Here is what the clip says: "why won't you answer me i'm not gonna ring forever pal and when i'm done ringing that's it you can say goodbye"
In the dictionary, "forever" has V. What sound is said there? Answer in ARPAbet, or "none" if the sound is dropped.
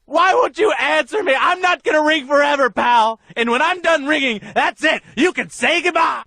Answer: V